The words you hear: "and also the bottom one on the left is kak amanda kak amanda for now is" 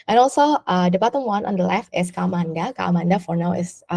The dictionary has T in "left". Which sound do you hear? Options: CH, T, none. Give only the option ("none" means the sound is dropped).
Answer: T